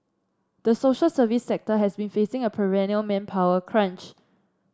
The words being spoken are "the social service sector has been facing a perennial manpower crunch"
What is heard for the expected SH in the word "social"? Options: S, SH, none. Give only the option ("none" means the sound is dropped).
SH